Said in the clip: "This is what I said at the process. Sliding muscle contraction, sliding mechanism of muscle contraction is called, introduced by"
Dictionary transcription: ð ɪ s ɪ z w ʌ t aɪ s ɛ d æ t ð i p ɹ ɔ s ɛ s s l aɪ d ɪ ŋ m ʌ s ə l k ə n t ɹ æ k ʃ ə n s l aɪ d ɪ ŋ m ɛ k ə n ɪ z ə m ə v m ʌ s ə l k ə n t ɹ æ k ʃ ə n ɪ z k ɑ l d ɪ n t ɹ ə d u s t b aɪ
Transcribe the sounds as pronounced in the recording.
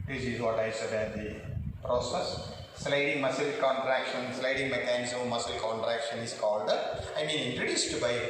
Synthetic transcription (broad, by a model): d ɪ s ɪ z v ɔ t aɪ s ɛ d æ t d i p ɹ ɔ s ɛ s s l aɪ d ɪ ŋ m ʌ s ə l k ə n t ɹ æ k ʃ ə n s l aɪ d ɪ ŋ m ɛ k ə n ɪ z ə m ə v m ʌ s ə l k ə n t ɹ æ k ʃ ə n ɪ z k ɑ l d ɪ n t ɹ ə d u s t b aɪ